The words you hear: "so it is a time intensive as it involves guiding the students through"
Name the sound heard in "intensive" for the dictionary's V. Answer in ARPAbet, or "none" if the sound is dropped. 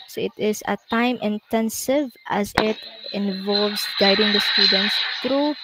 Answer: V